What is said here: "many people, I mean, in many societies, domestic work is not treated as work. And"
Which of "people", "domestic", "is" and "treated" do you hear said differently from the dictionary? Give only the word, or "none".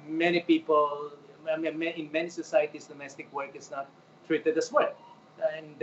is